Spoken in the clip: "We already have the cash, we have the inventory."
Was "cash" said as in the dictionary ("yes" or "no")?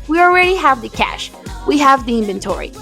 yes